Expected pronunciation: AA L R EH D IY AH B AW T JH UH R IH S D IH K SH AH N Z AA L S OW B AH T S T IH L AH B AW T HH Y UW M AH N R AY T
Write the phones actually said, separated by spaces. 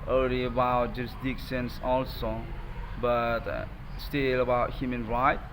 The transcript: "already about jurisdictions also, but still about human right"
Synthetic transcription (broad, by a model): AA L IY AH B AW T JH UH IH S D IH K S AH N S AA L S OW B AH T S T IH L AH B AW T HH Y UW M AH N R AY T